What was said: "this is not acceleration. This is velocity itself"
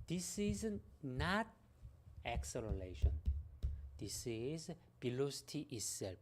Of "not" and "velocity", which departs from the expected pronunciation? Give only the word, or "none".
velocity